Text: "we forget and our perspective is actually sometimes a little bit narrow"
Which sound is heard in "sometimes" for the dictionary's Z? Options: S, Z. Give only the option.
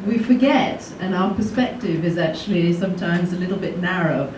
Z